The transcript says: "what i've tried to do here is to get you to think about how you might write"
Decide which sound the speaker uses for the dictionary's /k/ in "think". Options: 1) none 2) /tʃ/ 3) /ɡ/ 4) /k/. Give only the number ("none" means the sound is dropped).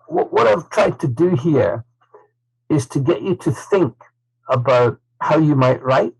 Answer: 4